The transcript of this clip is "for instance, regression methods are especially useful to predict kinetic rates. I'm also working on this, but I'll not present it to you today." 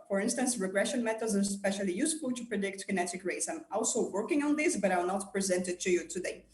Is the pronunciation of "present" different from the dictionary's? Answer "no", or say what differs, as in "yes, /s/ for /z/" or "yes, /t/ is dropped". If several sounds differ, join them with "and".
no